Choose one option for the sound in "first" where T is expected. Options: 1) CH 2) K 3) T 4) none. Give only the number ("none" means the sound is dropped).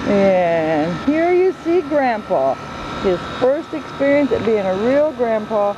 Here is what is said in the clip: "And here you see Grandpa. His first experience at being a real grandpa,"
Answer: 3